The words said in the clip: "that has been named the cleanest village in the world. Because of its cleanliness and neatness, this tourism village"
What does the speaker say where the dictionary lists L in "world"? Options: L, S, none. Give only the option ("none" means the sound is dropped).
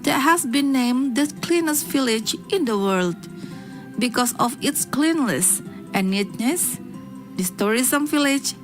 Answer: L